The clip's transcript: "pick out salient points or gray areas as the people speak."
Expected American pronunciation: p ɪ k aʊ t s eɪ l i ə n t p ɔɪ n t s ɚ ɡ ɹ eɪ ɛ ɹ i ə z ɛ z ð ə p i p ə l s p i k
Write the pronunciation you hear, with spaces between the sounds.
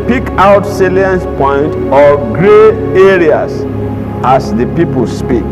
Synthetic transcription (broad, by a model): p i k aʊ t s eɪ l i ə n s p ɔɪ n t ɔ ɡ ɹ eɪ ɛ ɹ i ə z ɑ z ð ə p i p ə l s p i k